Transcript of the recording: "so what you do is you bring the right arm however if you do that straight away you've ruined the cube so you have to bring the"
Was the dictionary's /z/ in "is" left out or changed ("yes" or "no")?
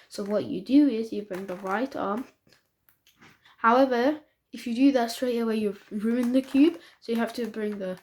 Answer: no